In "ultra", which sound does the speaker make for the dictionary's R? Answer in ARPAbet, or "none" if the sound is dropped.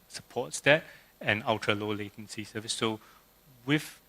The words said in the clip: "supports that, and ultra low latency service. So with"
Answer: none